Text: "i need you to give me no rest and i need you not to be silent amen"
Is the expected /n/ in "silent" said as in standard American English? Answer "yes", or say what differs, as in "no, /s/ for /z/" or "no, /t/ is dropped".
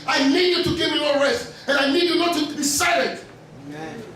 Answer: no, /n/ is dropped